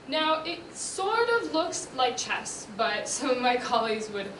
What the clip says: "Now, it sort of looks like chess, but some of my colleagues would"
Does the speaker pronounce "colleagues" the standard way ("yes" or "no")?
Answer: yes